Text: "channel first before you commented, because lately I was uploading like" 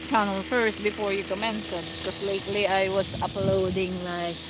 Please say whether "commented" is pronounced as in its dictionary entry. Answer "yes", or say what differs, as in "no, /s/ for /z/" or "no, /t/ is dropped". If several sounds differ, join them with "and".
no, /s/ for /t/